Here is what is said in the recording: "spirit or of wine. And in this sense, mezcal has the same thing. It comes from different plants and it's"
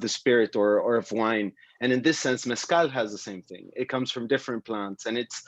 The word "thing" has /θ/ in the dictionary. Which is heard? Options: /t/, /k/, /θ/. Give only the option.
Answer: /θ/